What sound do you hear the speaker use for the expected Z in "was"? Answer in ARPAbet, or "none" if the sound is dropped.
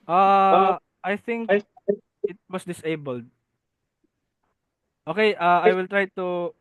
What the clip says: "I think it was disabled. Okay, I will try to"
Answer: S